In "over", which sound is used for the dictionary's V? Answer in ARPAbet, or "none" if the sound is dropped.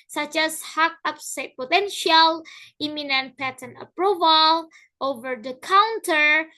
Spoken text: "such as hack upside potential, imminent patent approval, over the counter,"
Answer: V